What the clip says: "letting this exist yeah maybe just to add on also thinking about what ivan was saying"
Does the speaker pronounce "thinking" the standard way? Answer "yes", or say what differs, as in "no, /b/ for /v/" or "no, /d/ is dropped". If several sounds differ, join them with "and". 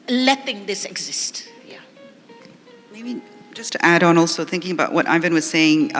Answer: yes